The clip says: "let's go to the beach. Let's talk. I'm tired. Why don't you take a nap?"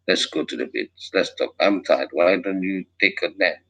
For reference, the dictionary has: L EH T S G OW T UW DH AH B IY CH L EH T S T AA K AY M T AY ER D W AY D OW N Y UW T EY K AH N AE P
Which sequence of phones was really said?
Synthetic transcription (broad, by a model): L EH T S G OW T UW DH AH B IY S L EH T S T AA K AY M T AY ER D W AY D OW N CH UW T EY K AH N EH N